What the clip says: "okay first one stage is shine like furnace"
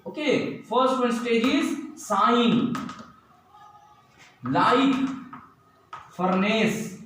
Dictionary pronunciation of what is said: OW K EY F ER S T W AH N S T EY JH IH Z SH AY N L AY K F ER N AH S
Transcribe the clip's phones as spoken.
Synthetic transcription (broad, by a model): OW K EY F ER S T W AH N S T EY JH IH Z S AY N L AY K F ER N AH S